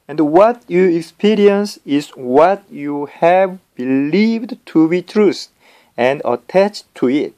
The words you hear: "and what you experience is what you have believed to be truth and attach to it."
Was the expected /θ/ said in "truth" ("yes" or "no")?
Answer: no